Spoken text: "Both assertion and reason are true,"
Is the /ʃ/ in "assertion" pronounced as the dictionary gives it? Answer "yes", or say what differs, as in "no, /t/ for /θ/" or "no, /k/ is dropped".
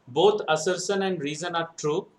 no, /s/ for /ʃ/